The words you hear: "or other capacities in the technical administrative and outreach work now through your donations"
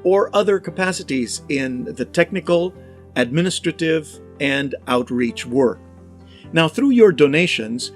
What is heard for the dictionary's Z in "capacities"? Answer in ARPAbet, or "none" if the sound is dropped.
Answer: Z